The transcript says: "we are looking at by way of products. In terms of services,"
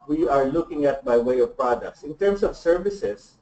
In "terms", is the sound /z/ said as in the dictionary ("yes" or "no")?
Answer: no